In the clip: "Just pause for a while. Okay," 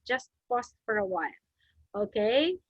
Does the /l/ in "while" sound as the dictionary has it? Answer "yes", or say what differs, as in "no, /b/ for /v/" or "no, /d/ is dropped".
no, /n/ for /l/